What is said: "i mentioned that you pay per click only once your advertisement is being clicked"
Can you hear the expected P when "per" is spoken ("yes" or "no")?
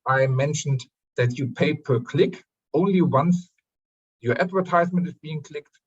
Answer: yes